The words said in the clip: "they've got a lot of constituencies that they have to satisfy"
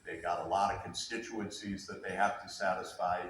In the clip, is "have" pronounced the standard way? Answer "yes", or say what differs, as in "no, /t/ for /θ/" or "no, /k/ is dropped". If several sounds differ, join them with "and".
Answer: no, /f/ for /v/